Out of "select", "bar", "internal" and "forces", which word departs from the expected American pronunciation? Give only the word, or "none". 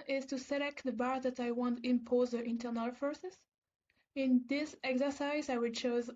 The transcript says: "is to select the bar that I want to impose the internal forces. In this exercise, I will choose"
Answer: forces